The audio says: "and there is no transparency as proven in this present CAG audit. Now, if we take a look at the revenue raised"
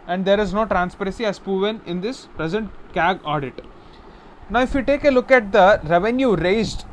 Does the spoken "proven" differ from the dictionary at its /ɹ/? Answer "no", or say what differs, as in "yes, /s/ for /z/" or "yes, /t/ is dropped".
yes, /ɹ/ is dropped